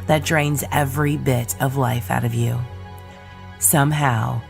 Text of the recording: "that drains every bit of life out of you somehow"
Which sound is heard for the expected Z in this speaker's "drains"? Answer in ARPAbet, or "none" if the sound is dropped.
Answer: Z